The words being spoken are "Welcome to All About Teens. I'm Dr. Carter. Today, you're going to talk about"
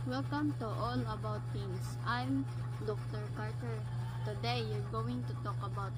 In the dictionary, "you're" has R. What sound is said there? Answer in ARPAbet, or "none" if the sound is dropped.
R